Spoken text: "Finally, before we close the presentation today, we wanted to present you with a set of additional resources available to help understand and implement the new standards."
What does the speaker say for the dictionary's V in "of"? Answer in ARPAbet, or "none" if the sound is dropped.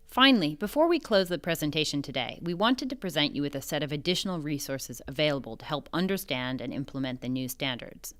V